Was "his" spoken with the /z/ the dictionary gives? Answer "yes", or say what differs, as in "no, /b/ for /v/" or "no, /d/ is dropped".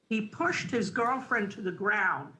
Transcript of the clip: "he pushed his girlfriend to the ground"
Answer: yes